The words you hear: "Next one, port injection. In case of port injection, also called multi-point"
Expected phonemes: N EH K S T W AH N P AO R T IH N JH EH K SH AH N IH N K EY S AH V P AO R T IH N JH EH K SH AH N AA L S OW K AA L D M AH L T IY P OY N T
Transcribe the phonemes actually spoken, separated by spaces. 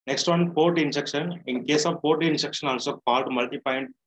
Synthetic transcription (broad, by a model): N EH K S T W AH N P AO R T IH N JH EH K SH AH N IH N K EY S AH V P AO R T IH N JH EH K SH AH N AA N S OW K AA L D M AH L T IY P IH N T